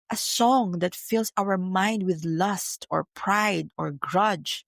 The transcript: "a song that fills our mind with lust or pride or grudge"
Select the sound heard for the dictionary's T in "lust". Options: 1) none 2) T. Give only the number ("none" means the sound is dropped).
2